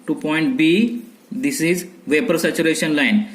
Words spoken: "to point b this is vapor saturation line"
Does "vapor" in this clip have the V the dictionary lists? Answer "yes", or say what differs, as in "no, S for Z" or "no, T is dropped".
yes